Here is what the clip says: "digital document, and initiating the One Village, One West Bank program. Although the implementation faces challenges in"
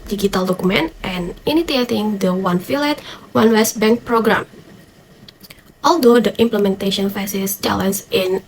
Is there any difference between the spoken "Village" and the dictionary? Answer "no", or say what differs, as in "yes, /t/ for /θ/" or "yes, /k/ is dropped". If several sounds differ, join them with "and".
yes, /f/ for /v/